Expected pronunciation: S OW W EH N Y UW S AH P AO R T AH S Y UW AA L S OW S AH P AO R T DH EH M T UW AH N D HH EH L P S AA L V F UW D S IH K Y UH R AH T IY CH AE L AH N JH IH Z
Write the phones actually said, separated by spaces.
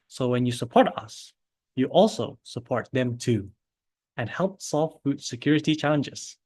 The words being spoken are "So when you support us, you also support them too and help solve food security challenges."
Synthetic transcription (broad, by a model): S OW W EH N Y UW S AH P AO R T AH S Y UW AA L S OW S AH P AO R T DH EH M T UW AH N HH EH L P S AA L F F UW D S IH K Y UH R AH T IY CH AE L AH N JH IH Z